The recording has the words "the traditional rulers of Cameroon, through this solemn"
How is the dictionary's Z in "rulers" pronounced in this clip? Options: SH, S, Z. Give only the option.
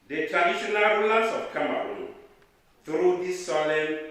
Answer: S